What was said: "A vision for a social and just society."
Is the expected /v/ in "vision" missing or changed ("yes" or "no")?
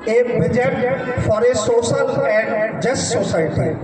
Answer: yes